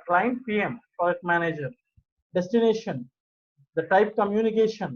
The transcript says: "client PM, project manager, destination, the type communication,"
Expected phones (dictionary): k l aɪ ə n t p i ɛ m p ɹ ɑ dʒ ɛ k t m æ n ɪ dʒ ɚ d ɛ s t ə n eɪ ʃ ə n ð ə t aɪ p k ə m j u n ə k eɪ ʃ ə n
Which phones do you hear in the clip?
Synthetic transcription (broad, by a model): k l aɪ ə n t p i ɛ m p ɑ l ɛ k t m æ n ɪ dʒ ɚ d ɛ s t ə n eɪ ʃ ə n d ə t aɪ p k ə m j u n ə k eɪ ʃ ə n